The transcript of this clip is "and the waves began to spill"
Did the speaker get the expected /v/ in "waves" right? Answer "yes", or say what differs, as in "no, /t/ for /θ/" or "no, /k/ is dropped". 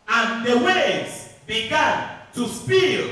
no, /v/ is dropped